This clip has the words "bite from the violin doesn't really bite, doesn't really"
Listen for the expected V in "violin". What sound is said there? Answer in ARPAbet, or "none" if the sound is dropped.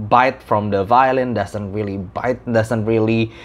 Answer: V